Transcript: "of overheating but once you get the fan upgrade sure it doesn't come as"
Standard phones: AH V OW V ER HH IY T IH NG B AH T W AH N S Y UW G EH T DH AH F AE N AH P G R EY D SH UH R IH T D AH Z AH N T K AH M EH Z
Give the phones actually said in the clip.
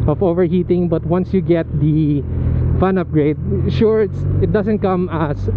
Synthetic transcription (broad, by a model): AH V OW V ER HH IY T IH NG B AH T W AH N S Y UW G EH T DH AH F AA N AH P G R EY D SH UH R IH T D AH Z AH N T K AH M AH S